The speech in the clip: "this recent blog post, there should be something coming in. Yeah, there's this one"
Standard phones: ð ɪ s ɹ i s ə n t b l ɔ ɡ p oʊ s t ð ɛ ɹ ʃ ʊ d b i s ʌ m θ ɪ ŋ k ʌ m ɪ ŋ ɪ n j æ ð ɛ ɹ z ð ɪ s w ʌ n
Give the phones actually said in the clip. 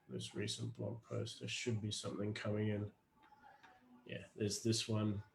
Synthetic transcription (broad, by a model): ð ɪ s ɹ i s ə n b l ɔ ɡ p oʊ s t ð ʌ ʃ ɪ d b i s ʌ m θ ɪ ŋ k ʌ m ɪ ŋ ɪ n j æ ð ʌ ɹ z ð ɪ s w ʌ n